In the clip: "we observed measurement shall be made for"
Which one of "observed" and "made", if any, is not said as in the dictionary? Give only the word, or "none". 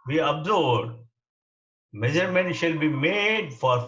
observed